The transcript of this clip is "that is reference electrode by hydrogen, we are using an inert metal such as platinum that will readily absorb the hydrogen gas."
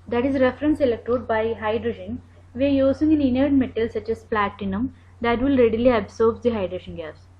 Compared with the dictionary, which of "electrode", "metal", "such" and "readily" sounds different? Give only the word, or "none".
electrode